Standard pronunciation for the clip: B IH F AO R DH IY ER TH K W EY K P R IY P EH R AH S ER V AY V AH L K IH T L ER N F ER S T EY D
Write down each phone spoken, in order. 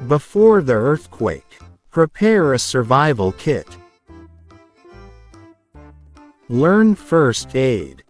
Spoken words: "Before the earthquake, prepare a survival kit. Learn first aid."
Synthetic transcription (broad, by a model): B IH F AO R DH IY ER TH K W EY K P R IY P EH R AH S ER V AY V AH L K IH T L ER N F ER S T EY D